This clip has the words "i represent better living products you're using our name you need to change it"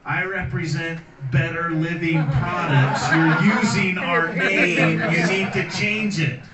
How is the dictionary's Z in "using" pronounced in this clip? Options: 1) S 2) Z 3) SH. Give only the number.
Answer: 2